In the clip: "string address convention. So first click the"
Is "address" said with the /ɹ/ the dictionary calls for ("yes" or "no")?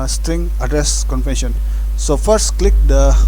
yes